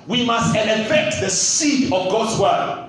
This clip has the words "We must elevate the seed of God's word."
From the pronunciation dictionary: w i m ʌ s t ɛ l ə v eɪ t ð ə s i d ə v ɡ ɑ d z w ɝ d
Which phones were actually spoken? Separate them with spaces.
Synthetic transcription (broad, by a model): w i m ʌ s t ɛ n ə f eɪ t ð ə s i d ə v ɡ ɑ d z w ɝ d